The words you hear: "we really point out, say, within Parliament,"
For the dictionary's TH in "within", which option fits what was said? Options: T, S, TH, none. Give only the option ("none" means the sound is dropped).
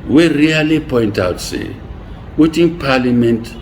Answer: T